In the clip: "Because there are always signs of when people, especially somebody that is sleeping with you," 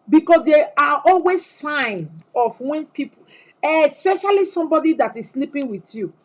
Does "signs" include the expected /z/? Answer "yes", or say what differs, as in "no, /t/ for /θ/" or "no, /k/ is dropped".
no, /z/ is dropped